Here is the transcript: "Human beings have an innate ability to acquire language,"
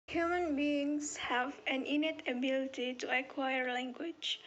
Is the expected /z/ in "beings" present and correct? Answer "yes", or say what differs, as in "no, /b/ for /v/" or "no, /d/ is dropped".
no, /s/ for /z/